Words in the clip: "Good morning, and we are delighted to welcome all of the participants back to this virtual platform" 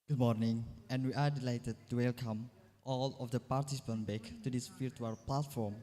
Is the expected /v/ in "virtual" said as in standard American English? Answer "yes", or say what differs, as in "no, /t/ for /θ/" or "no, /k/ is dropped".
no, /f/ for /v/